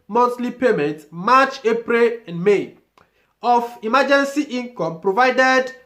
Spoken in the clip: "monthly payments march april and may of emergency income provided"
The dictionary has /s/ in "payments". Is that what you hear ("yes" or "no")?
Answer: no